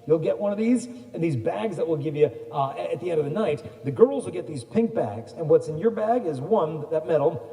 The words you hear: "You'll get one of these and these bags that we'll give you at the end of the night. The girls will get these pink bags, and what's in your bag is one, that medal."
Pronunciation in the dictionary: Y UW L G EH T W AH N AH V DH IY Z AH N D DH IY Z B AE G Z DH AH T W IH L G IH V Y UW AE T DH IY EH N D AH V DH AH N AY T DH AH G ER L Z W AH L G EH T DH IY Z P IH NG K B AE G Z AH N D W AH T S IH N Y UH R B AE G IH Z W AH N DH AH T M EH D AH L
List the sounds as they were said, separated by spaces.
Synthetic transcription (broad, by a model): Y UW L G EH T W AH N AH V DH IY Z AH N DH IY Z B AE G Z DH AH T W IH L G IH V Y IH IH T DH IY EH N D AH V DH AH N AY T DH AH G ER L Z W AH L G EH T DH IY Z P IH NG K B AE G Z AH N W AH T S IH N Y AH R B AE G IH Z W AH N DH AH T M EH D L